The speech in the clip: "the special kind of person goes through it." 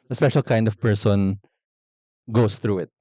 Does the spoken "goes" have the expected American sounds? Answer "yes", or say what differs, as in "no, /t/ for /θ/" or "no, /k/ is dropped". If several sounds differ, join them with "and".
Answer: no, /s/ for /z/